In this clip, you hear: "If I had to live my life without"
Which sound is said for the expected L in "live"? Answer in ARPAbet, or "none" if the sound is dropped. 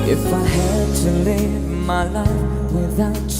L